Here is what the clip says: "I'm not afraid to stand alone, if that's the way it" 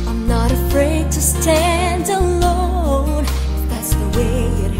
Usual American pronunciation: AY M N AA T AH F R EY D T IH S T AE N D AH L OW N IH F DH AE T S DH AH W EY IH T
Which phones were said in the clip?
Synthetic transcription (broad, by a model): AY M N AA T AH F R EY D T IH S T AE N D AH L OW IH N DH AE T S DH AH W EY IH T